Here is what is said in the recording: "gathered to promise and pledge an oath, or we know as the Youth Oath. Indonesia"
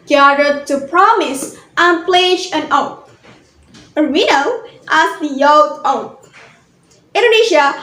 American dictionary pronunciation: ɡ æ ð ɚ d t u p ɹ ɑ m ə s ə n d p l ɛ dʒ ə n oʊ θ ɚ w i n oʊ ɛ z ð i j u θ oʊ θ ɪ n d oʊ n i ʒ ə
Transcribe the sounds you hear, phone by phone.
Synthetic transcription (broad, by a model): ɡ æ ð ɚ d t u p ɹ ɑ m ə s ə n p l ɛ dʒ ə n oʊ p ɚ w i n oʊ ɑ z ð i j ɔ t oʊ t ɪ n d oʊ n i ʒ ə